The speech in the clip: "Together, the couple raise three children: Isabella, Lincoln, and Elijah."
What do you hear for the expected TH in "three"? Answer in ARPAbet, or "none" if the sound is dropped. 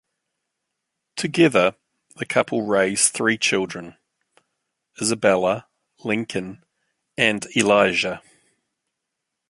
TH